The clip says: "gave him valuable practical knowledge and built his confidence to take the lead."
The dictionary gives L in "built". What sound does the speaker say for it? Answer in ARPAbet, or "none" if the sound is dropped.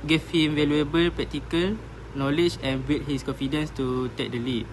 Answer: none